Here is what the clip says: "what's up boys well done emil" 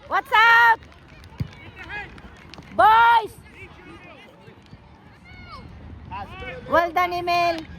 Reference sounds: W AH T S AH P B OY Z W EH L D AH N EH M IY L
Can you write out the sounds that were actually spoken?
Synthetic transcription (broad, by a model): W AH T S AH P B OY S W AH L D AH N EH M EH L